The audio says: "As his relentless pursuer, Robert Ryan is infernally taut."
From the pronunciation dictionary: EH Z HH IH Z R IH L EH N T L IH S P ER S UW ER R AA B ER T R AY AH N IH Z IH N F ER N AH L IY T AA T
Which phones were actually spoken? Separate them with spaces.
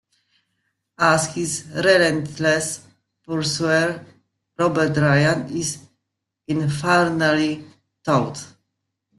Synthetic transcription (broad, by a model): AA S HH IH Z R IH L EH N T L IH S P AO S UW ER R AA B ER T R AY AH N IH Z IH N F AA N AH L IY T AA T